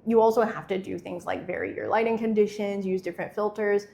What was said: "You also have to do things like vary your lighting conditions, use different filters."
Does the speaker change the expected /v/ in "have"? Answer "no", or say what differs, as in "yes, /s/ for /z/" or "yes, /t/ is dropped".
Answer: yes, /f/ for /v/